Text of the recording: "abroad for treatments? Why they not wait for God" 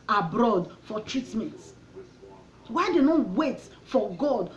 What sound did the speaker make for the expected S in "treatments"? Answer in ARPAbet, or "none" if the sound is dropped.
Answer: none